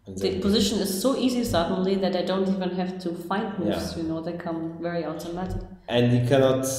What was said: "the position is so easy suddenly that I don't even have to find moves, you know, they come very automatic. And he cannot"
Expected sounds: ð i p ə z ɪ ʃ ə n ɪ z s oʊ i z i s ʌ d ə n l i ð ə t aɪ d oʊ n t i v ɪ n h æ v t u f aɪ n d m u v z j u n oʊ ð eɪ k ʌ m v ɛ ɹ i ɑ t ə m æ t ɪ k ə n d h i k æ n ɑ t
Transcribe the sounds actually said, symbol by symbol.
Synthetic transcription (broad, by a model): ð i p ə z ɪ ʃ ə n ɪ z s oʊ i z i s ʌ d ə n l i ð ə t aɪ d oʊ n t i v ɪ n h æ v t u f aɪ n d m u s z j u n oʊ ð eɪ k ʌ m v ɛ ɹ i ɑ t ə m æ t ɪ k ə n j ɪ k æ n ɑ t